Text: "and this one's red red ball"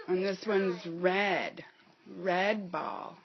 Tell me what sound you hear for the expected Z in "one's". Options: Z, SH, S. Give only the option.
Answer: Z